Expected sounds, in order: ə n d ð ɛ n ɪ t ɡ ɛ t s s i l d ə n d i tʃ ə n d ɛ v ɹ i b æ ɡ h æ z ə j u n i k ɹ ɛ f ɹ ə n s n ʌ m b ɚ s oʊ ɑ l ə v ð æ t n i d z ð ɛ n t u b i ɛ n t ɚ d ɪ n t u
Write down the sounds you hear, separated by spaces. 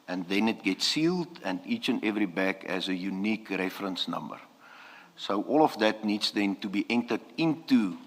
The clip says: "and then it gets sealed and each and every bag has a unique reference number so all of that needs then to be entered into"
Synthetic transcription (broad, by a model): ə n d ð ɛ n ɪ t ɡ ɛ t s s i l d ə n d i tʃ ə n d ɛ v ɹ i b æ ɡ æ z ə j u n i k ɹ ɛ f ɹ ə n s n ʌ m b ɚ s oʊ ɑ l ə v ð æ t n i d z ð ɛ n t u b i ɛ n t ɚ d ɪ n t u